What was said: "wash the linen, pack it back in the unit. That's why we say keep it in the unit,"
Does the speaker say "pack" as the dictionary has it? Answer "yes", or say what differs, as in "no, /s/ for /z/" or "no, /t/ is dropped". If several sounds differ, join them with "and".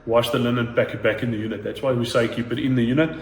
no, /b/ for /p/